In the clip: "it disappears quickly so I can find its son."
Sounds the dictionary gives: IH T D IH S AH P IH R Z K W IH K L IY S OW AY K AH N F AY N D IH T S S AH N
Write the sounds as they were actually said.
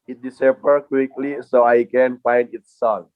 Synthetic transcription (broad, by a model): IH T D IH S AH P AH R K W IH K L IY S OW AY K AH N F AY N D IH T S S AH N